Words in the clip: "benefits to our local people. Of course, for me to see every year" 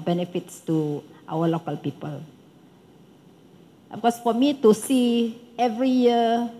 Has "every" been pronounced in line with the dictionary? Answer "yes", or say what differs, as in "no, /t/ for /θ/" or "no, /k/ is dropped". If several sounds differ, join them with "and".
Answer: yes